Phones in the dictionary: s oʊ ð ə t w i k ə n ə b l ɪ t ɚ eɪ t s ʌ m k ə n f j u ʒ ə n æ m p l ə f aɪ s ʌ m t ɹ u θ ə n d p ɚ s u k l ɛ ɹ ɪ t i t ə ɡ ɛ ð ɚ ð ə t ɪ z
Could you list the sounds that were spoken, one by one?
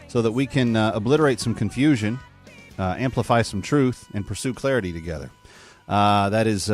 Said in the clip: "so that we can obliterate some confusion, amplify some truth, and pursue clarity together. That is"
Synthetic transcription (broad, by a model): s oʊ ð ə t w i k ə n ə b l ɪ t ɚ eɪ t s ʌ m k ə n f j u ʒ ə n æ m p l ə f aɪ s ʌ m t ɹ u θ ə n p ɚ s u k l ɛ ɹ ɪ t i t ə ɡ ɛ ð ɚ ð ə t ɪ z